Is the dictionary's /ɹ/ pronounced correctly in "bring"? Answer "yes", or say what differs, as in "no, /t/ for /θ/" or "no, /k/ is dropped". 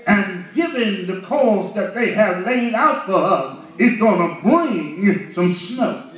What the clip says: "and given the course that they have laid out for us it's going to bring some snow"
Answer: no, /ɹ/ is dropped